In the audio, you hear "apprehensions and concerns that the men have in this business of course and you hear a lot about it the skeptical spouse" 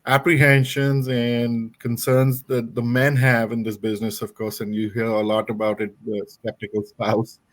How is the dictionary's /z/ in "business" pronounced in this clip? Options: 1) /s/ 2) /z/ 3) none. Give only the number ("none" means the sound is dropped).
2